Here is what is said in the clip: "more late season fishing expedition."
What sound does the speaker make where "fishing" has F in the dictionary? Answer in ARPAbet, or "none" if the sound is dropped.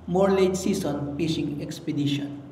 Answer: P